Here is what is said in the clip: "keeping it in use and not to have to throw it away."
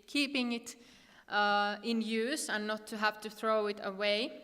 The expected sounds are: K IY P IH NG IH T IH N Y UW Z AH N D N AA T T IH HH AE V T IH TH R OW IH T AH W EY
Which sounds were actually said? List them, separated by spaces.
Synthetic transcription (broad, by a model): K IY P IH NG IH T IH N Y UW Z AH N N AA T T IH HH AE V T IH TH R OW IH T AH W EY